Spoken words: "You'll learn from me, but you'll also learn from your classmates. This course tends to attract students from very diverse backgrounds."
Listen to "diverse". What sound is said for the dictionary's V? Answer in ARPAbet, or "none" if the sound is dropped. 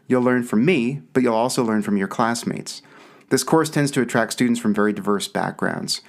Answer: V